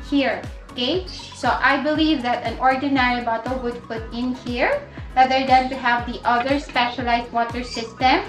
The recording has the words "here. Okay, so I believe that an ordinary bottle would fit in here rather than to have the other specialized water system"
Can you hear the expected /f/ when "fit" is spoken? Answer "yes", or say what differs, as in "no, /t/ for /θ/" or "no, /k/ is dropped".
no, /p/ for /f/